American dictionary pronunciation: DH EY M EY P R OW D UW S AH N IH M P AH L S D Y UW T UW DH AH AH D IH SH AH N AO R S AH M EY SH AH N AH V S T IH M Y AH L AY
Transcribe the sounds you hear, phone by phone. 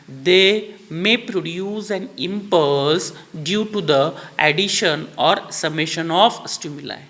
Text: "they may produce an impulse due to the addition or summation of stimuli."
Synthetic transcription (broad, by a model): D EY M EY P R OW D UW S AH N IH M P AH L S D Y UW T UW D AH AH D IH SH AH N AO R S AH M EY SH AH N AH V S T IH M Y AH L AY